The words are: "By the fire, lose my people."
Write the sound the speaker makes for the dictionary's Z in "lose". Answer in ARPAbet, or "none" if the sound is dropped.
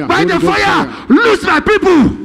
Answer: S